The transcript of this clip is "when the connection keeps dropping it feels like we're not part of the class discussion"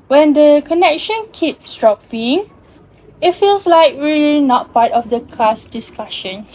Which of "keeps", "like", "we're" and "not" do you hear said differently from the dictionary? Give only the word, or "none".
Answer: we're